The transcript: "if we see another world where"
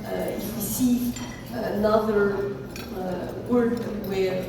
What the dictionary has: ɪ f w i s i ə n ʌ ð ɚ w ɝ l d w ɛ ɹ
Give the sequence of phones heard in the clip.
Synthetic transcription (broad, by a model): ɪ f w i s i ə n ʌ ð ɚ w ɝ d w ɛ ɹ